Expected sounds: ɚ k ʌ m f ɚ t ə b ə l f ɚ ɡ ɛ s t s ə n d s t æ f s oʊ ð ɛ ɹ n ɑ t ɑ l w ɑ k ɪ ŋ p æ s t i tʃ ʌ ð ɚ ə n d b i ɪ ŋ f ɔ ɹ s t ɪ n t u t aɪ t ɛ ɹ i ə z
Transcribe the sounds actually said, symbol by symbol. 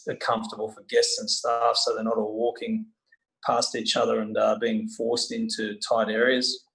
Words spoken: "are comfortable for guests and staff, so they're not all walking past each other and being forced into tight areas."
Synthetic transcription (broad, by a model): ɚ k ʌ m f t ə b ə l f ɚ ɡ ɛ s t s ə n s t æ f s oʊ ð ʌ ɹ n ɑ t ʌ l w ɑ k ɪ ŋ p æ s t i tʃ ʌ ð ɚ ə n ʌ b i ɪ ŋ f ɔ ɹ s t ɪ n t u t aɪ t ɛ ɹ i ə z